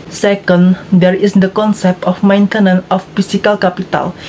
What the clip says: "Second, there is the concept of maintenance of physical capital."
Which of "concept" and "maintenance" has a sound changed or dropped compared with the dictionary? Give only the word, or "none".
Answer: maintenance